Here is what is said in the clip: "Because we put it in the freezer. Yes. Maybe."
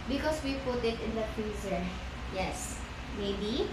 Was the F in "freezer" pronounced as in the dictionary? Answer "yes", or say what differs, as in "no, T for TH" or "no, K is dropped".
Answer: no, P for F